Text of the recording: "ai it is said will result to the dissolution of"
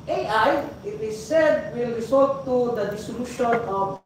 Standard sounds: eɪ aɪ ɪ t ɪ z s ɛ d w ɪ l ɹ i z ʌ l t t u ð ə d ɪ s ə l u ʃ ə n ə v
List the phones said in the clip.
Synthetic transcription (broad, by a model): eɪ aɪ ɪ t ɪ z s ɛ d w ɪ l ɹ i s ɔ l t t u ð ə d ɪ s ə l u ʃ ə n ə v